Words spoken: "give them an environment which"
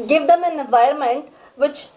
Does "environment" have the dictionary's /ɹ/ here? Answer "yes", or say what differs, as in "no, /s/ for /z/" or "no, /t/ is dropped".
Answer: no, /ɹ/ is dropped